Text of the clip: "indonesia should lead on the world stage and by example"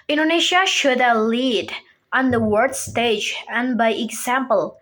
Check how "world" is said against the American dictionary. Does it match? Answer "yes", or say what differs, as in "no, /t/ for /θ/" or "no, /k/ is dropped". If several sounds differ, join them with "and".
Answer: no, /l/ is dropped